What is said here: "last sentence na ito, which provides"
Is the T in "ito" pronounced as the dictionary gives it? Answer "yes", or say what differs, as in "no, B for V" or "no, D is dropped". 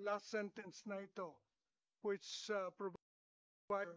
yes